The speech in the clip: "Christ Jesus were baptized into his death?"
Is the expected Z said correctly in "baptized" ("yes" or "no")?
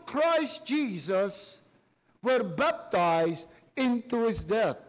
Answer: yes